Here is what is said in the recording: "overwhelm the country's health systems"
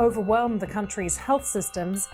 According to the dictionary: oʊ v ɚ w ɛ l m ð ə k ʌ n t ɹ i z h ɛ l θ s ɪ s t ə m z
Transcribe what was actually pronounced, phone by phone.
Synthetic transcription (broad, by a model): oʊ v ɚ w ɛ l m ð ə k ʌ n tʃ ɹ i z h ɛ l θ s ɪ s t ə m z